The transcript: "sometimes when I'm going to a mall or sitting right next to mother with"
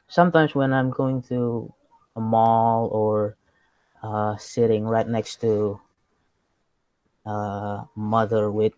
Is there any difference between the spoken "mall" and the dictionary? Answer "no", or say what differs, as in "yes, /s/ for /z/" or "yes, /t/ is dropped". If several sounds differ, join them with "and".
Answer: no